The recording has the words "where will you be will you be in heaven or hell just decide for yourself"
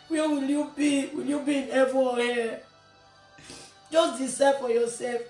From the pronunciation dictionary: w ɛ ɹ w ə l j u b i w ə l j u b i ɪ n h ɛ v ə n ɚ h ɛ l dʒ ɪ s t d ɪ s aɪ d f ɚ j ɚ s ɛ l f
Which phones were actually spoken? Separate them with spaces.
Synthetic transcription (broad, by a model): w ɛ w ə l j u b i w ə l j u b i ɪ n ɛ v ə ɔ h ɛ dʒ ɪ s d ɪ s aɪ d f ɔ j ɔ s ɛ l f